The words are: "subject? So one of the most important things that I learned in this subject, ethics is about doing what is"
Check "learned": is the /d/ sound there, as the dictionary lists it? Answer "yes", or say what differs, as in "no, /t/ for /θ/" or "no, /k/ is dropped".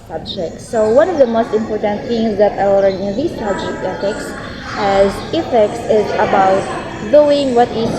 no, /d/ is dropped